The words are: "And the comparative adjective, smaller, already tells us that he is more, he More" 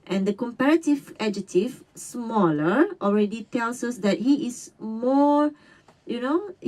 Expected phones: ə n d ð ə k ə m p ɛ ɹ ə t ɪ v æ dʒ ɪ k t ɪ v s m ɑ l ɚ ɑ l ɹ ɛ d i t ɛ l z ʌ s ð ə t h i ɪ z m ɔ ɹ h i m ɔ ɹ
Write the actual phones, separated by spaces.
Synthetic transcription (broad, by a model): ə n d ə k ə m p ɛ ɹ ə t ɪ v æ dʒ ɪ t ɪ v s m ɑ l ɚ ɑ l ɹ ɛ d i t ɛ l s ʌ s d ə t h i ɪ s m ɔ ɹ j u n ɔ